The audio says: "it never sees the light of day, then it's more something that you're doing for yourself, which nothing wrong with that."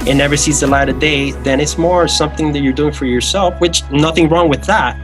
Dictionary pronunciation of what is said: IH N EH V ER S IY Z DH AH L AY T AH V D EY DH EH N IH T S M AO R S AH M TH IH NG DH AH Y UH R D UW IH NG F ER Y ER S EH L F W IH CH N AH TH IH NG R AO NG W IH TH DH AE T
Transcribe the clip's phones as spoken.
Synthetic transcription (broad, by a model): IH N EH V ER S IY Z DH AH L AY T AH D EY DH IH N IH T S M AO R S AH M TH IH NG DH AH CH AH R D UW IH NG F ER Y ER S EH L F W IH CH N AH TH IH NG R AO NG W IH DH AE T